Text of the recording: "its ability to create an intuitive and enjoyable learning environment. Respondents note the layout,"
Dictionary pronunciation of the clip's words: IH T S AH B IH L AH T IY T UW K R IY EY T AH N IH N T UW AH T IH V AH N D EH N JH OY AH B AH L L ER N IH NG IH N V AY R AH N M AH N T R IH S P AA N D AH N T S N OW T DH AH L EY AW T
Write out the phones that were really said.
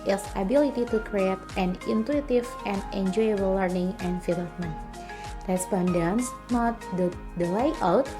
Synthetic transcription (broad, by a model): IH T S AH B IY L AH T IY T UW K R IY EY T AH N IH N T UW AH T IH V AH N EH N JH OY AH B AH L L ER N IH NG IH N F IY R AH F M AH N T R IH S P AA N D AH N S N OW T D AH L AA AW T